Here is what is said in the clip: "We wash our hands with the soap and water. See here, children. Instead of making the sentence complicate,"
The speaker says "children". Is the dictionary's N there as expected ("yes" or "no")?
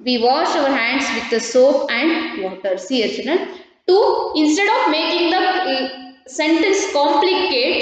no